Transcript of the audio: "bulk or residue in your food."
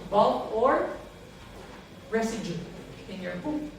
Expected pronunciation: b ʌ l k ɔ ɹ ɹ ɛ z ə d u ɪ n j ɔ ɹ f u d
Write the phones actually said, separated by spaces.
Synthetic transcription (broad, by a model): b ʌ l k ɔ ɹ ɹ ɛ s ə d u ɪ n j ɔ ɹ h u